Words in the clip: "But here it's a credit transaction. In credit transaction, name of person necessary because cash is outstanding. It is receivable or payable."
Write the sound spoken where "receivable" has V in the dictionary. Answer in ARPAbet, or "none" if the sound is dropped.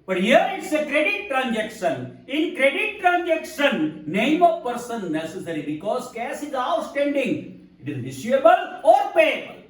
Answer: none